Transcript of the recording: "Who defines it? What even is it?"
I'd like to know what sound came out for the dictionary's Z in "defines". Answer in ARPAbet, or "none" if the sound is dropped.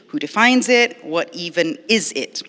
Z